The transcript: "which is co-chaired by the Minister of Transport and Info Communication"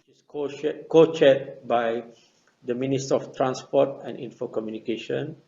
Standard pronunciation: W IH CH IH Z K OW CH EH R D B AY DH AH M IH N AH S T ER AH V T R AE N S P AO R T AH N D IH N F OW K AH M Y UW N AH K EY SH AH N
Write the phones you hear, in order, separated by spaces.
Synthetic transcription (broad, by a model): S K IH K OW CH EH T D B AY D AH M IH N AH S T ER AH F T R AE N S P AO T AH N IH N F OW K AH M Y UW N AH K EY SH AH N